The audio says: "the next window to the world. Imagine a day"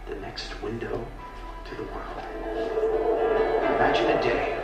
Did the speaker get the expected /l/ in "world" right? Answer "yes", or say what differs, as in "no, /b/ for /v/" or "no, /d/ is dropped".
yes